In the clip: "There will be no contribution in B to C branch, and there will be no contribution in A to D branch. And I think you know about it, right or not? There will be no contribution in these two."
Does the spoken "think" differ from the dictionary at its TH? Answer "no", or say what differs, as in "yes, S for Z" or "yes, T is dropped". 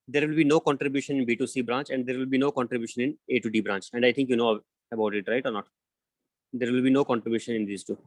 yes, T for TH